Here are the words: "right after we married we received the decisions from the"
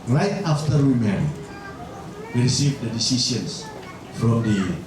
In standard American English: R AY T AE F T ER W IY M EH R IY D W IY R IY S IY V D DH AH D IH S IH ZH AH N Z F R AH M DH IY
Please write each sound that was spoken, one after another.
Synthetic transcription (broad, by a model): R AY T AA F T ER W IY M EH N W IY R IY S IY V D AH D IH S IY S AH N S F R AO M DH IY